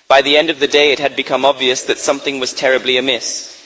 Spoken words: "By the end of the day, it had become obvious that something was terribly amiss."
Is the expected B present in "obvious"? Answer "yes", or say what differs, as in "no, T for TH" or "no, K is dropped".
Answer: yes